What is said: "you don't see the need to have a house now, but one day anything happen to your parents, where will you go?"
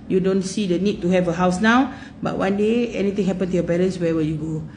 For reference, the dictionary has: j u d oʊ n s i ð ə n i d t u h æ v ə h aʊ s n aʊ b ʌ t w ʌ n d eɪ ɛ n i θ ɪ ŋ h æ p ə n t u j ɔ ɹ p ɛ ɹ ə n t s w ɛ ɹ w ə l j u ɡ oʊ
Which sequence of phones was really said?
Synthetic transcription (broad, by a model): j u d oʊ n s i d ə n i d t u h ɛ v ə h aʊ s n aʊ b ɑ t w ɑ n d eɪ ɛ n i t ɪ ŋ h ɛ p ə n t u j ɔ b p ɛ l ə n s w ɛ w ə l j u ɡ oʊ